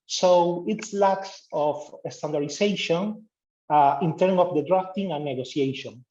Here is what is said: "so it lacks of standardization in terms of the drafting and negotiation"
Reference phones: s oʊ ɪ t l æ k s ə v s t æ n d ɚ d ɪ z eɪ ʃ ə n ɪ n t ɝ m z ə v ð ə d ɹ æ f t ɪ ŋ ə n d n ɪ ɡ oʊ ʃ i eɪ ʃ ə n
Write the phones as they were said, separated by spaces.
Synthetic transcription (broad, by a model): s oʊ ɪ t l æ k s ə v s t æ n d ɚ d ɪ s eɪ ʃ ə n ɪ n t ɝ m ə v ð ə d ɹ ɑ f t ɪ ŋ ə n n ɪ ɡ oʊ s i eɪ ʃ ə n